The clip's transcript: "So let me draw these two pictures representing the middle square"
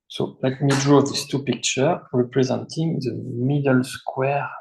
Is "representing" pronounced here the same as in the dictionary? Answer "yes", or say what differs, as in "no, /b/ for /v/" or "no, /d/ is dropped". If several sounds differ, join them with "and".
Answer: yes